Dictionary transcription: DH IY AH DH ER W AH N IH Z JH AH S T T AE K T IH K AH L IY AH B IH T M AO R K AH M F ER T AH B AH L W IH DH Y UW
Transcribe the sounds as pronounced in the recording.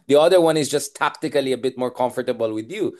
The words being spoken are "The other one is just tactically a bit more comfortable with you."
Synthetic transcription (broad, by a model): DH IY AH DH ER W AH N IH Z JH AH S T T AE K T IH K AH L IY AH B IH T M AO R K AH M F ER T AH B AH L W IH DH Y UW